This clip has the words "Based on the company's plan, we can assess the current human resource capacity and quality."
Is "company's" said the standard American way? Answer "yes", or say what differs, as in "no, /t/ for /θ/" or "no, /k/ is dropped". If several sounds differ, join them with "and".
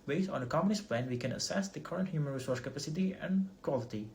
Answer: no, /p/ is dropped and /s/ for /z/